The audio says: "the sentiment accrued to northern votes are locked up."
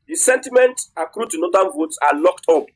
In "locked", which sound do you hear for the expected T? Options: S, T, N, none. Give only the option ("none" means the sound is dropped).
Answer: T